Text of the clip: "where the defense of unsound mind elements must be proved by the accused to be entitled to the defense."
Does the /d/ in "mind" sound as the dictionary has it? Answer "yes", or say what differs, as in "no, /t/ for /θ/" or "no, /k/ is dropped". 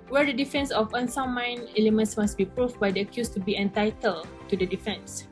no, /d/ is dropped